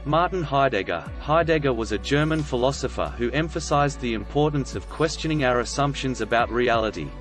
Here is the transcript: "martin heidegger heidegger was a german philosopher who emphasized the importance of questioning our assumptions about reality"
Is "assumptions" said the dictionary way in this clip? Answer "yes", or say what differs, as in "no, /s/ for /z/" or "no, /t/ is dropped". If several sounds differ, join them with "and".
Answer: yes